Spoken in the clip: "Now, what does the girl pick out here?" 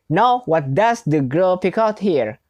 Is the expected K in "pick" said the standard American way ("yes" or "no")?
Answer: yes